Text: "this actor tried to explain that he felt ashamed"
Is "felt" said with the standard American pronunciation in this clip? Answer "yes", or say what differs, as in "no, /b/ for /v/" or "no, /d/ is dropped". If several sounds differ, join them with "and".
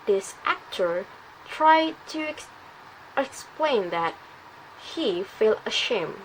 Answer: no, /t/ is dropped